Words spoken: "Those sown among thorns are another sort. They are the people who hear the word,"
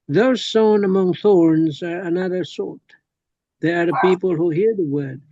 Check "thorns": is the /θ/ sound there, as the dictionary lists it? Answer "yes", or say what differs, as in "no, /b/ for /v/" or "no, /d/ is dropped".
yes